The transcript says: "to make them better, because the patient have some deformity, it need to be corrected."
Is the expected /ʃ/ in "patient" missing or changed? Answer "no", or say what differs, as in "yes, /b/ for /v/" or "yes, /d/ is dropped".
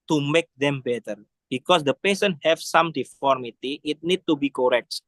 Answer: yes, /s/ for /ʃ/